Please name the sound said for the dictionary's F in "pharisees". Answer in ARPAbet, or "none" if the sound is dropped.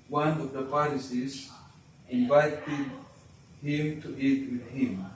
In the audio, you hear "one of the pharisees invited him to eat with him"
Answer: P